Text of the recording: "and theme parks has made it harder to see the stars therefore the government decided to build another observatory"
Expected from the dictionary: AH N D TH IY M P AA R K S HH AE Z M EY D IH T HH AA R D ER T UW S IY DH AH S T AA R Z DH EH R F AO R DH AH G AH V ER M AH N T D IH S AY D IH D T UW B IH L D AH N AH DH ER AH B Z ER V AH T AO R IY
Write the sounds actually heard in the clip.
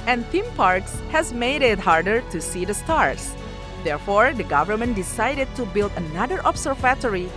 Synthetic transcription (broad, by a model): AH N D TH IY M P AA R K S HH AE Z M EY D IH T HH AA R D ER T UW S IY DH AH S T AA R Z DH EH R F AO R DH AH G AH V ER M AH N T D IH S AY D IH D T UW B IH L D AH N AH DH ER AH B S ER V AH T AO R IY